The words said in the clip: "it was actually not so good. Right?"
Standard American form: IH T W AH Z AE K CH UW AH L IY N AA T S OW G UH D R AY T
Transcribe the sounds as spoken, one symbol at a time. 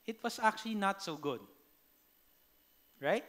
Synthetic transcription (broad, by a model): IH T W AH S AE K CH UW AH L IY N AA T S OW G UH D R AY T